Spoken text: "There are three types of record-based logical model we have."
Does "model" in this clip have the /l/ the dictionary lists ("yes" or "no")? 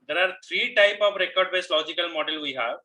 yes